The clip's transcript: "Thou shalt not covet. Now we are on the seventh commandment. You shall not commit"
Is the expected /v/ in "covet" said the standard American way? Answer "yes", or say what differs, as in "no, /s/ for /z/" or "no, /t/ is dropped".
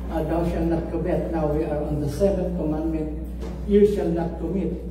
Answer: no, /b/ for /v/